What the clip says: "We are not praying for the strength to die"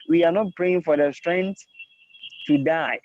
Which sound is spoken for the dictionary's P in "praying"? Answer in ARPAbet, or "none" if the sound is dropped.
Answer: P